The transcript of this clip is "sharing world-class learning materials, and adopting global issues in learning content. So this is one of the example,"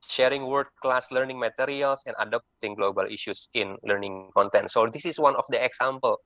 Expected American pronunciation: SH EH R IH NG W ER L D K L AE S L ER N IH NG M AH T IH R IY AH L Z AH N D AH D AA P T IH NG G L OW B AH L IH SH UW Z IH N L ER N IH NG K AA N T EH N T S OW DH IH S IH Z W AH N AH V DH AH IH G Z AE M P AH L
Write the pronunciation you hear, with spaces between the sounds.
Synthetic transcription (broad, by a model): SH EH R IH NG W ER D K L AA S L ER N IH NG M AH T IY R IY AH L S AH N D AH D AA P T IH NG G L OW B AH L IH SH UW S IH N L ER N IH NG K AA N T EH N T S OW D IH S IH S W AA N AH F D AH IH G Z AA M P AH L